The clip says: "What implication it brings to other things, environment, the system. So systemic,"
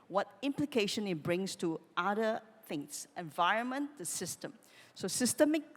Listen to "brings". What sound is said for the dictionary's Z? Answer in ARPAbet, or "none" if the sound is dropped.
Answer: S